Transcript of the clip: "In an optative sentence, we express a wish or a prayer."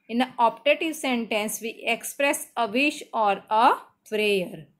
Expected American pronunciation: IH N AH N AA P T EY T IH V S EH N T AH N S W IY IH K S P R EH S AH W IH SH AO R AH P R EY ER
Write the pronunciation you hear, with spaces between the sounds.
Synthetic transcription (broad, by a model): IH N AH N AA P T EY T IH V S EH N T AH N S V IY IH K S P R EH S AH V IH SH AO R AH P R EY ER